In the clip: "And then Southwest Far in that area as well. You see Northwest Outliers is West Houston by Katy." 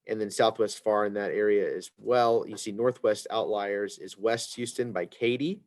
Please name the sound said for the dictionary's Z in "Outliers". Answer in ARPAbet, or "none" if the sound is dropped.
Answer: Z